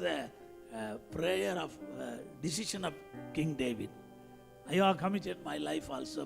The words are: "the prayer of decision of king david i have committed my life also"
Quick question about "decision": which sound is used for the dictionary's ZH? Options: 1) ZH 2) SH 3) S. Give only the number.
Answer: 2